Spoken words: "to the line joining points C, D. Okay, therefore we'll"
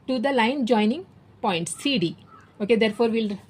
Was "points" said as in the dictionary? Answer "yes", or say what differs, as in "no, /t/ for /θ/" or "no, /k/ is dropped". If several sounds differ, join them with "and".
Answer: yes